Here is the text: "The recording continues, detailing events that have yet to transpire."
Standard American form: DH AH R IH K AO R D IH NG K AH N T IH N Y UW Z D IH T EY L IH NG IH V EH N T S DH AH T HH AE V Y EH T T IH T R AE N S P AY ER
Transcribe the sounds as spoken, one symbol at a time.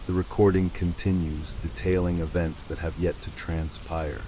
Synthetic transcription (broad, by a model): DH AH R IH K AO R D IH NG K AH N T IH N Y UW Z D IH T EY L IH NG IH V EH N T S DH AH T HH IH V Y EH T T IH T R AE N S P AY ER